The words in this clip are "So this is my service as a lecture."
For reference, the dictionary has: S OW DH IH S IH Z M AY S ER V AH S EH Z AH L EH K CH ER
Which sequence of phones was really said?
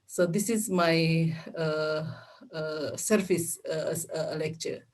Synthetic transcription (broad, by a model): S OW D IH S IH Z M AY S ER F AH S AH L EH K CH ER